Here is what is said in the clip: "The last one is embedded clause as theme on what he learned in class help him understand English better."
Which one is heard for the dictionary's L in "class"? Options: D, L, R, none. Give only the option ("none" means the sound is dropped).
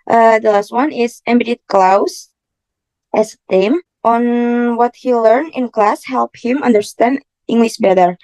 L